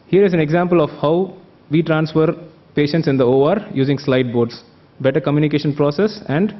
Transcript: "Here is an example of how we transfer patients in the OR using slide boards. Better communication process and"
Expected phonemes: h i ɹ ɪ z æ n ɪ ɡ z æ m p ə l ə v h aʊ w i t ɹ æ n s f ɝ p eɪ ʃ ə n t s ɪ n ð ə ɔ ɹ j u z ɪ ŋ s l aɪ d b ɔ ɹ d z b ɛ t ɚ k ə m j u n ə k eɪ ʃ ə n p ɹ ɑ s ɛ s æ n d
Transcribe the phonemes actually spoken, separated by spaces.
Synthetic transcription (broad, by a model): h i ɹ ɪ z æ n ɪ ɡ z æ m p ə l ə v h aʊ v i t ɹ æ n s f ɝ p eɪ ʃ ə n t s ɪ n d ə ɔ ɹ j u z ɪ ŋ s l aɪ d b ɔ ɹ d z b ɛ t ɚ k ə m j u n ə k eɪ ʃ ə n p ɹ ɑ s ɛ s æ n d